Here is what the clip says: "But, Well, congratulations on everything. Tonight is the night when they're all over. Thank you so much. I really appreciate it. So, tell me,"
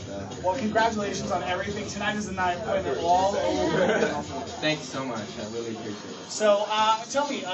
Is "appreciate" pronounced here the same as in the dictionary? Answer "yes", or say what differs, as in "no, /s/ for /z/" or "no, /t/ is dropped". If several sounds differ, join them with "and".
no, /p/ is dropped